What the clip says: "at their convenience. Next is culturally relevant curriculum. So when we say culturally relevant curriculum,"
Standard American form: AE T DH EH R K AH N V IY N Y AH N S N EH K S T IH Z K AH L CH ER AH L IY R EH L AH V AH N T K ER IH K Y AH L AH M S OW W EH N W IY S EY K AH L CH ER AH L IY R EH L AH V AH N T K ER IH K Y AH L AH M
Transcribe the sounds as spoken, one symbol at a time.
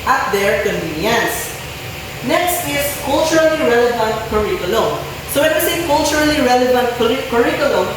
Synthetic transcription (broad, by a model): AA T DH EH R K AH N IY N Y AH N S N EH K S T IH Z K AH L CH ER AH L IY R EH L AH V AH N T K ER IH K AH L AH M S OW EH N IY S EY K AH L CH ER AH L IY R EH L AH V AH N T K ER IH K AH L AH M